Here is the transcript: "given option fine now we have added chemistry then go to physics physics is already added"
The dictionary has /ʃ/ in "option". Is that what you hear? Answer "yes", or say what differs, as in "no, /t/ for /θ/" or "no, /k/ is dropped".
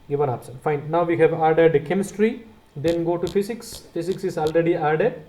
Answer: no, /s/ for /ʃ/